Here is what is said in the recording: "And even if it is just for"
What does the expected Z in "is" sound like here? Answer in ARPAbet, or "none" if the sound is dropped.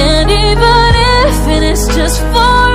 S